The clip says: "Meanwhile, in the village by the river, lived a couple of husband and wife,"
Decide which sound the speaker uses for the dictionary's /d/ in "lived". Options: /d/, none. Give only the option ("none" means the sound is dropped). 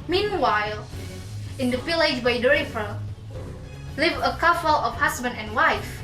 none